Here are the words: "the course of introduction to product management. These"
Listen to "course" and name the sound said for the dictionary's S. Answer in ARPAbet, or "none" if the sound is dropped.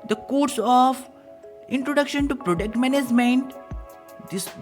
S